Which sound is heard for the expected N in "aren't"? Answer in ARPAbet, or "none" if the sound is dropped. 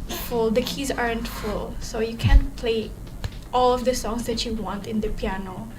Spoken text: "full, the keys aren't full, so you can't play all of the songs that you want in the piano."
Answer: N